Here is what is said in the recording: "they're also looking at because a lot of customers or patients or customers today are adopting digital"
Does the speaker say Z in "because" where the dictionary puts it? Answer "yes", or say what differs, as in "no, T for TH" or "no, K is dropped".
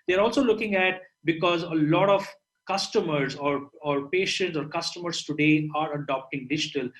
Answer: yes